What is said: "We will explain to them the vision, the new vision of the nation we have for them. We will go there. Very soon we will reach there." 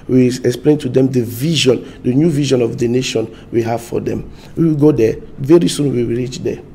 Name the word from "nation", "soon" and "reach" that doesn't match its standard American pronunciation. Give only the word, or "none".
none